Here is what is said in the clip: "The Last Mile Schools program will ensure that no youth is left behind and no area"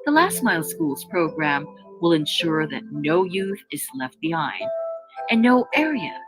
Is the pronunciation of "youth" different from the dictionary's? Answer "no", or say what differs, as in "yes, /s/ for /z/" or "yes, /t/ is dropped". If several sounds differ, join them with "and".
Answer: no